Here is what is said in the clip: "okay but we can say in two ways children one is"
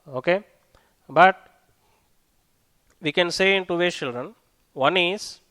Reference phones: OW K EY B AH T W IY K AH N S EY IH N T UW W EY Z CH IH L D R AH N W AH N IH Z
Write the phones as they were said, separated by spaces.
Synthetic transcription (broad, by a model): OW K EY B AH T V IY K AH N S EY IH N T UW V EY CH IH L D R AH N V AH N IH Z